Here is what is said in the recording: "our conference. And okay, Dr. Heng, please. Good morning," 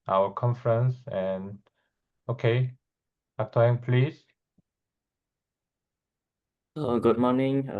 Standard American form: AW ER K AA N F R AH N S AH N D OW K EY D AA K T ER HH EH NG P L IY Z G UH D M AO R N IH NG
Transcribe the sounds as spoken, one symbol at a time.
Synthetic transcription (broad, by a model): AW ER K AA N F R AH N S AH N OW K EY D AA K T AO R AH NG P L IY S G UH D M AO N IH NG